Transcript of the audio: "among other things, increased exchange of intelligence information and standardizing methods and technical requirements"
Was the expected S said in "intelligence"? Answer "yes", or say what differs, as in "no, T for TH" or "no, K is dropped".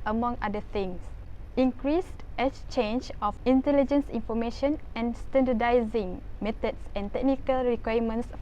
yes